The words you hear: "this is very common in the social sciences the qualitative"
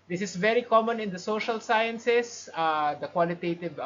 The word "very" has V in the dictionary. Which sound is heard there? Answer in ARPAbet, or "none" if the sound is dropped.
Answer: V